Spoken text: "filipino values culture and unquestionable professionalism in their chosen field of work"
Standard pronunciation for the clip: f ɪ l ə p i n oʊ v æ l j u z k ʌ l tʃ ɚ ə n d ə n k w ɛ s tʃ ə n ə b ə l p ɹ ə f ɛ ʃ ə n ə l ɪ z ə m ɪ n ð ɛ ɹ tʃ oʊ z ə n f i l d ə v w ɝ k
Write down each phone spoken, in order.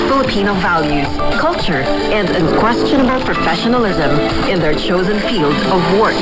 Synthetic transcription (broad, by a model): f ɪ l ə p i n oʊ v æ l j u z k ʌ l tʃ ɚ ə n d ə n k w ɛ s tʃ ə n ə b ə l p ɹ ə f ɛ ʃ ə n ə l ɪ z ə m ɪ n ð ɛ ɹ tʃ oʊ z ə n f i l d ə v w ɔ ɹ